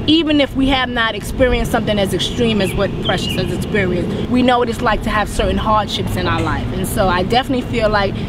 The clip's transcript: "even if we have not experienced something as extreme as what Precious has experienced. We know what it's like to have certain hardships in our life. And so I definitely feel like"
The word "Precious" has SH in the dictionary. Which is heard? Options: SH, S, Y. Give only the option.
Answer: SH